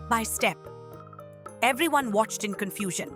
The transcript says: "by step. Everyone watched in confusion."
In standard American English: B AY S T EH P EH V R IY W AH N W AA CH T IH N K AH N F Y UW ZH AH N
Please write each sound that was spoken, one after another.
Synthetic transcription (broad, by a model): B AY S T EH P EH V R IY W AH N W AA CH T IH N K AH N F Y UW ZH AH N